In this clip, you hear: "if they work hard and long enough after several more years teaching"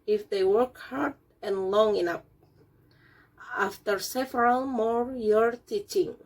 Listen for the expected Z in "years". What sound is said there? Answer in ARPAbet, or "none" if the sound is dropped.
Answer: none